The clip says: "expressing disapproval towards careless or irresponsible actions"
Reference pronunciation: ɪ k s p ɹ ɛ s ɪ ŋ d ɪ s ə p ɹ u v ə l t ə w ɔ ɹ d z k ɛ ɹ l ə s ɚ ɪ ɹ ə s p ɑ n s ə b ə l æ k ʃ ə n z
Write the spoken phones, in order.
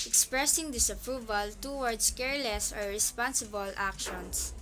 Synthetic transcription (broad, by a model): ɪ k s p ɹ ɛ s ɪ ŋ d ɪ s ə p ɹ u v ə l t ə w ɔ ɹ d s k ɛ ɹ l ə s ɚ ɪ ɹ ə s p ɑ n s ə b ə l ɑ k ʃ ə n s